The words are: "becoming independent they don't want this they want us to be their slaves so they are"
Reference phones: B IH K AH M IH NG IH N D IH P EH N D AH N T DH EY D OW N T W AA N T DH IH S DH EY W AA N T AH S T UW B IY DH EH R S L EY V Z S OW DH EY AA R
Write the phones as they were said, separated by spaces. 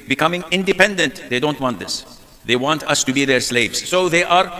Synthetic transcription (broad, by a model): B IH K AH M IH NG IH N D IH P EH N D AH N T DH EY D OW N T W AA N T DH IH S DH EY W AA N T AH S T UW B IY DH EH R S L EY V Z S OW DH EY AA R